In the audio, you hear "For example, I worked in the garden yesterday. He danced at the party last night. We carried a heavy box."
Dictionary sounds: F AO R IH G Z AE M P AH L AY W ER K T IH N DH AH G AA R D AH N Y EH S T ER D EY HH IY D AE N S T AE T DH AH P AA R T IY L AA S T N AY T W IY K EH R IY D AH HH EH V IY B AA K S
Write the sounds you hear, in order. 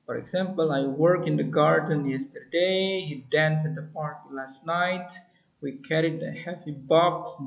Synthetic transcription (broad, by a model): F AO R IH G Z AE M P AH L AY W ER K IH N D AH G AA R D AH N Y EH S T ER D EY HH IY D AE N S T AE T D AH P AA R T IY L AA S T N AY T W IY K EH R IY D AH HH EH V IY B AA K S